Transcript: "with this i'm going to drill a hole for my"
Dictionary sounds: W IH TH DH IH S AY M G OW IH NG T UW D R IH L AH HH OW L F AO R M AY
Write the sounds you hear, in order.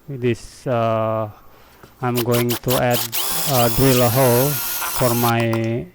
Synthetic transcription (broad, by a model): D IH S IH AY M G OW IH NG T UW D R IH L AH HH OW L F AO R M AY